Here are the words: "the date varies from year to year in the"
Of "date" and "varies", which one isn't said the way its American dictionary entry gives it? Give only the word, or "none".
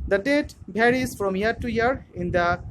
varies